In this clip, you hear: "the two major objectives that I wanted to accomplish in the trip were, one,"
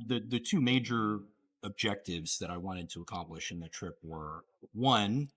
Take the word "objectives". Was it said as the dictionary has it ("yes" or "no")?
yes